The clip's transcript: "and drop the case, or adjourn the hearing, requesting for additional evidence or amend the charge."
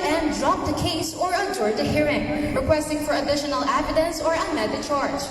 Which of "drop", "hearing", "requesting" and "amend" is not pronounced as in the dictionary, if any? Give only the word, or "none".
amend